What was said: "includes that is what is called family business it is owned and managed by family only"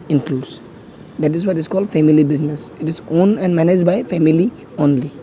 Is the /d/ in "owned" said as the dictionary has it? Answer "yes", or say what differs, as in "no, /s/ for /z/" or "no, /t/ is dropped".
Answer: no, /d/ is dropped